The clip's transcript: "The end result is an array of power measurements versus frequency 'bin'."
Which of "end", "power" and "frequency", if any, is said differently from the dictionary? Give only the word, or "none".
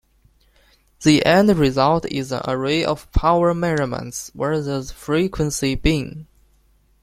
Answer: none